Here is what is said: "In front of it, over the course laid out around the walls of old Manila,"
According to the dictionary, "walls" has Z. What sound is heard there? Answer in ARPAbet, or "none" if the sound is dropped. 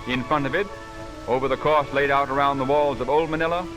Z